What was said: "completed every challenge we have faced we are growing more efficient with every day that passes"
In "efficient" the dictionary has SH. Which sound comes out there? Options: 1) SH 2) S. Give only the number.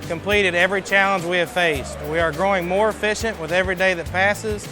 1